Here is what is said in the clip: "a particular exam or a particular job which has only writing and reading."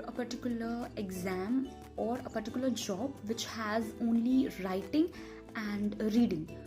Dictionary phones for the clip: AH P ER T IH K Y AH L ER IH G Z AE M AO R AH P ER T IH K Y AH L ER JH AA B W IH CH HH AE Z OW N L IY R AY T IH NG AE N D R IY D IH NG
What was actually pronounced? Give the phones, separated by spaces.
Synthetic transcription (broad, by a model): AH P ER T IH K Y AH L ER IH G Z AE M AO R AH P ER T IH K Y L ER JH AA B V IH CH HH AE Z OW N L IY R AY T IH NG AE N D R IY D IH NG